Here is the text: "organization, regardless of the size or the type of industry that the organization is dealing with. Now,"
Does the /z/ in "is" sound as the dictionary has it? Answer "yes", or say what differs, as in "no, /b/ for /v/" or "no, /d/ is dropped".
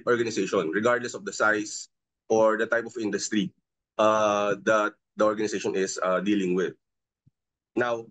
no, /s/ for /z/